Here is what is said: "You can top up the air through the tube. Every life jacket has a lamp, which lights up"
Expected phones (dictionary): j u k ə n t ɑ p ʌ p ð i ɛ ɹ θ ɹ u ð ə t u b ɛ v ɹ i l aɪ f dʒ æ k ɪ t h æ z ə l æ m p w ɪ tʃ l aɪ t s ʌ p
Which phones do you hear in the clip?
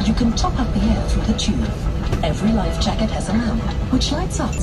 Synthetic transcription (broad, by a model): j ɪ k ə n t ɑ p ʌ p ð i ɛ ɹ θ ɹ u ð ə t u ɛ v ɹ i l aɪ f dʒ æ k ɪ t h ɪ z ə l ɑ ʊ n w ɪ tʃ l aɪ t s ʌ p